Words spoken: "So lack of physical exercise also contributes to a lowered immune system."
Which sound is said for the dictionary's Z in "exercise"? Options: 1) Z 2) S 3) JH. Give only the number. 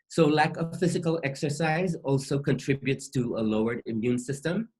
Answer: 1